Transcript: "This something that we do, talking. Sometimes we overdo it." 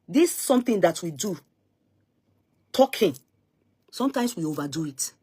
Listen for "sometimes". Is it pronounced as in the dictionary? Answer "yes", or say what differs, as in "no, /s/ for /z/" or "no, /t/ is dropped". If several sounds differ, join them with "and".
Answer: no, /s/ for /z/